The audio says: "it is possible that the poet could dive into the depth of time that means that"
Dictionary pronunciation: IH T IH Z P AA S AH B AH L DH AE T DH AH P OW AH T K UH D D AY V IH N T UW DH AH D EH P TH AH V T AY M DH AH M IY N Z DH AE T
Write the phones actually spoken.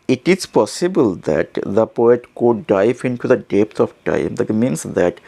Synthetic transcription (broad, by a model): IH T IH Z P AA S AH B AH L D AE T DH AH P OW AH T K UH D D AY V IH N T UW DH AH D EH P T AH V T AY M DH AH M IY N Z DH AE T